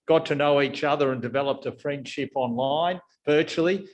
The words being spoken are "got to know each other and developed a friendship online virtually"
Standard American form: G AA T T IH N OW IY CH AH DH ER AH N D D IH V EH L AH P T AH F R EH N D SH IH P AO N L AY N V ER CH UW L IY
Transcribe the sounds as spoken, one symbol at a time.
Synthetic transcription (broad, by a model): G AA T T IH N OW IY CH AH DH ER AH N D D IH V EH L AH P T AH F R EH N D SH IH P AO N L AY N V ER CH L IY